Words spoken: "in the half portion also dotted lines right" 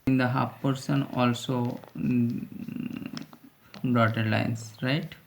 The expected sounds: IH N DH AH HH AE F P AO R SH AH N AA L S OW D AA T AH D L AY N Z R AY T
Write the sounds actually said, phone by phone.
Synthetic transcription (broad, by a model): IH N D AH HH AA P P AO R S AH N AA L S OW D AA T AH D L AY N S R AY T